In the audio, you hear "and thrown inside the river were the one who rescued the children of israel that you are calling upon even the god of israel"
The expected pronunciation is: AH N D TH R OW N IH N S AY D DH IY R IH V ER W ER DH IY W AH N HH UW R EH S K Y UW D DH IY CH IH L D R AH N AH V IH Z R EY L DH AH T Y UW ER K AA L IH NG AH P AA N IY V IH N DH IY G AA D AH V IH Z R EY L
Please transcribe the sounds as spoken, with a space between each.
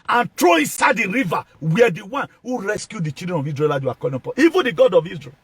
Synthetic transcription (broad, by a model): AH N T R OW IH N S AY D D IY R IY V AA W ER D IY W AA N HH UW R EH S K Y UW D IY CH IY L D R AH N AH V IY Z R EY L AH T Y UW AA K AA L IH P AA IY V IH N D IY G AA D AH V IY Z R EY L